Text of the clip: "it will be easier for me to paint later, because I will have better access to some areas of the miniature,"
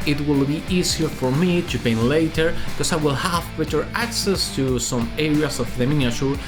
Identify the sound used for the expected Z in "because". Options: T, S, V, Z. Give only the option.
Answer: S